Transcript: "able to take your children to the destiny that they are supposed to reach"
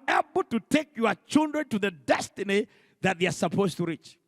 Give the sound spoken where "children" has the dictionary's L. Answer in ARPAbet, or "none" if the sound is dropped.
L